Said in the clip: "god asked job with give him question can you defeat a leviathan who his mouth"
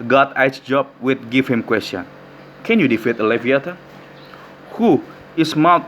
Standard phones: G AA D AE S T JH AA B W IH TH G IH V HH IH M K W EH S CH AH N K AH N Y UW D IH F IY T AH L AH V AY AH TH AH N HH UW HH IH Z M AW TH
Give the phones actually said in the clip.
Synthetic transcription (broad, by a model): G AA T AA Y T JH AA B W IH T G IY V HH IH M K W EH S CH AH N K AH N Y UW D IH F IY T AH L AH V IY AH T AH HH UW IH S M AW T